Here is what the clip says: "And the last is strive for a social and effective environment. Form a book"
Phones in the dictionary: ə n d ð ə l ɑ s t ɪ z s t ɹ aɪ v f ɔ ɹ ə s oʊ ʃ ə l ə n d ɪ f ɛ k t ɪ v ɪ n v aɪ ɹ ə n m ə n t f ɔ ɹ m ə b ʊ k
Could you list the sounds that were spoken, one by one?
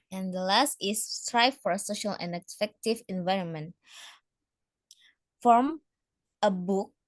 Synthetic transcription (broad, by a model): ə n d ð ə l ɑ s t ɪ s t ɹ aɪ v f ɔ ɹ ə s oʊ ʃ ə l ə n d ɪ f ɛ k t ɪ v ɪ n v aɪ ɹ ə n m ə n t f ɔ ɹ m ə b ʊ k